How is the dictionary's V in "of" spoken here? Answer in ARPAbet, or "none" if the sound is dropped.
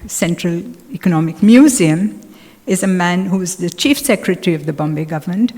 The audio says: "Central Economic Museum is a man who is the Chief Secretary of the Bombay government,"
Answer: V